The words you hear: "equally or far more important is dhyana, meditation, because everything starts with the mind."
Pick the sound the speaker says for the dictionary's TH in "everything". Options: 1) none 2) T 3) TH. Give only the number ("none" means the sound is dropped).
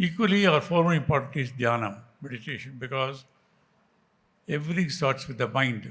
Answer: 2